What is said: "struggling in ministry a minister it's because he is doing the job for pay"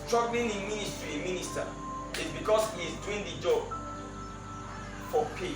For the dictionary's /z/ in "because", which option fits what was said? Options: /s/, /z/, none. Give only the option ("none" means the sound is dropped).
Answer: /s/